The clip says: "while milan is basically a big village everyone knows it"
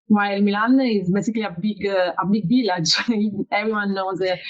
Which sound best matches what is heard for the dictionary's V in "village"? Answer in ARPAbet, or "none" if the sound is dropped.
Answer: B